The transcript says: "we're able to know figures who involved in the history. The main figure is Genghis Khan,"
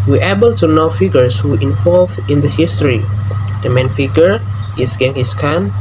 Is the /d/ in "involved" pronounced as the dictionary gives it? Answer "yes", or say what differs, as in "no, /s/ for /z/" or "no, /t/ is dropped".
no, /d/ is dropped